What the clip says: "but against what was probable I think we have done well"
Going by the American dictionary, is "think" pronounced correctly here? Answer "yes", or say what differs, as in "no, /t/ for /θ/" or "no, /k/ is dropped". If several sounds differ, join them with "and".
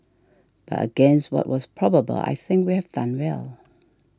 yes